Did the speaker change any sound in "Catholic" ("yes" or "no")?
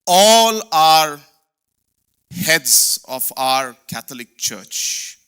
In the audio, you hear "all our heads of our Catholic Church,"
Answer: yes